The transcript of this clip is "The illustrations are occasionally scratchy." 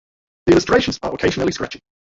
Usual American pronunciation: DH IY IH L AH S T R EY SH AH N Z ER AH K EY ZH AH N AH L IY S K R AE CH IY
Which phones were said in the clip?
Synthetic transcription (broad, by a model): DH IY IH L AH S T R EY SH AH N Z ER AH K EY ZH AH N AH L IY S K R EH CH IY